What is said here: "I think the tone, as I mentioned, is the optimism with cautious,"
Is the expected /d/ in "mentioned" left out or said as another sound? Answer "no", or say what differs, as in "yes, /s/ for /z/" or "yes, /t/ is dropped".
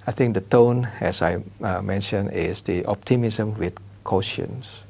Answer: yes, /d/ is dropped